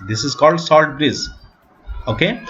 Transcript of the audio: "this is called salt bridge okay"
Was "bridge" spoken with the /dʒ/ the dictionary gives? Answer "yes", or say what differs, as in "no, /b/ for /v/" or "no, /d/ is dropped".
no, /z/ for /dʒ/